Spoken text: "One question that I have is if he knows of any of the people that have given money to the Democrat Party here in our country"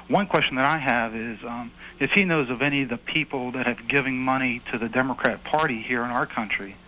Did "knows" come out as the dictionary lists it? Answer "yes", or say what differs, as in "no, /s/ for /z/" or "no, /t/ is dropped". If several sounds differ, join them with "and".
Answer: yes